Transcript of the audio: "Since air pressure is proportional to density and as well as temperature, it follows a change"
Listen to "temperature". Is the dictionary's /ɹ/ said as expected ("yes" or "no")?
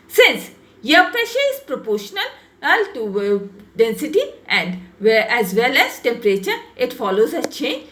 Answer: yes